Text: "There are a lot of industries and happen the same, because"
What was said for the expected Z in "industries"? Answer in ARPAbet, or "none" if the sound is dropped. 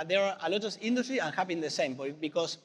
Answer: none